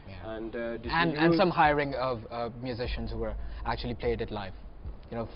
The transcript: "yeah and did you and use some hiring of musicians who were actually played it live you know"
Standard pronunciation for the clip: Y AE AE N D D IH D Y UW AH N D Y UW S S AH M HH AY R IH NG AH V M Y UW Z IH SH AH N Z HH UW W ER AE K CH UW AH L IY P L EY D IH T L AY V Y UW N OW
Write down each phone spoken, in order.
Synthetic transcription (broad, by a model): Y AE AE N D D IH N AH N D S S AH M HH AY R IH NG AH V M Y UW Z IH SH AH N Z HH UW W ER AE K CH UW AH L IY P L EY D IH T L AY F Y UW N OW